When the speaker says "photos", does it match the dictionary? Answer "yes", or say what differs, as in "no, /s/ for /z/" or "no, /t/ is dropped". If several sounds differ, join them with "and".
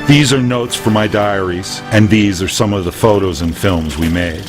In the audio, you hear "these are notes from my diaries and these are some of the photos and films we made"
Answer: yes